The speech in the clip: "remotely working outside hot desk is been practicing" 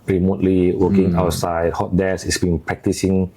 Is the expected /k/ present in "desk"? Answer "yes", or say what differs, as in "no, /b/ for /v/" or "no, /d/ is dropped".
no, /k/ is dropped